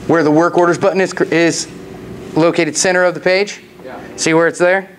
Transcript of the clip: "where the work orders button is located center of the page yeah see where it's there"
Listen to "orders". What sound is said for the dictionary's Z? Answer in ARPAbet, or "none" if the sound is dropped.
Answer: Z